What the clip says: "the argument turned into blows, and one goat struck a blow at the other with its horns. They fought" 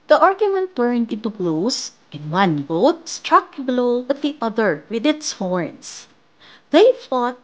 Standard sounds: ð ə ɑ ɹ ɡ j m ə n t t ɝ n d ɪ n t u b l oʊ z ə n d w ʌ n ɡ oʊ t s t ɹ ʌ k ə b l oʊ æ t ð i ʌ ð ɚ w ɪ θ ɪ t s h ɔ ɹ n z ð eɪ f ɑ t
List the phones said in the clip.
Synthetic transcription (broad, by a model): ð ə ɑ ɹ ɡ j m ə n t t ɝ n d ɪ n t u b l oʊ s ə n w ʌ n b oʊ t s t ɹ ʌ k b l oʊ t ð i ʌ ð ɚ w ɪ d ɪ t s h ɔ ɹ n s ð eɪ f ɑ t